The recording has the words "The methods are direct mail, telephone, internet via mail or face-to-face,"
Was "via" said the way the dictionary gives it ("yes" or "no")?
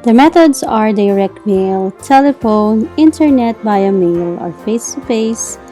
no